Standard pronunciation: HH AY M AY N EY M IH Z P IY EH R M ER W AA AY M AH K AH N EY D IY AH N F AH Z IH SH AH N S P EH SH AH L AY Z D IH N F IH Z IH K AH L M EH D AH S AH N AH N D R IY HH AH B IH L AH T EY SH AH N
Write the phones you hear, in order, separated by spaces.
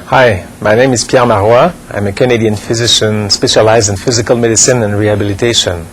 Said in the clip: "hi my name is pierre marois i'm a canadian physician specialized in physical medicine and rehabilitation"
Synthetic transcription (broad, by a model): HH AY M AY N EY M IH Z P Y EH R M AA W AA AY M AH K AH N EY D IY AH N F AH Z IH SH AH N S P EH SH AH L AY Z D IH N F IH Z IH K AH L M EH D AH S AH N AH N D R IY HH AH B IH L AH T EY SH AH N